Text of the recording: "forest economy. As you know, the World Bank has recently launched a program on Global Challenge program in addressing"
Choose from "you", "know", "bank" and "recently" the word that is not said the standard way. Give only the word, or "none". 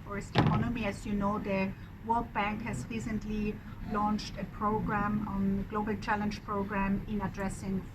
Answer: none